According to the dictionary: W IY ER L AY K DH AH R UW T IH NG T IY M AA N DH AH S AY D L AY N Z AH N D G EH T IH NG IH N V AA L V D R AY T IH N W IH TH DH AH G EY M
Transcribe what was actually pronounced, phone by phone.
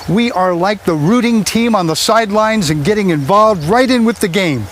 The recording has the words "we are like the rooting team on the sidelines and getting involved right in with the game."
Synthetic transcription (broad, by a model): W IY ER L AY K DH AH R UW T IH NG T IY M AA N DH AH S AY D L AY N Z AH N G EH T IH NG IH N V AA L V D R AY T IH N W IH DH AH G EY M